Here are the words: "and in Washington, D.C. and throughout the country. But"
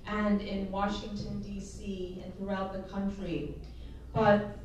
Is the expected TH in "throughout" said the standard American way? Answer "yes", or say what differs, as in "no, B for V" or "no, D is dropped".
yes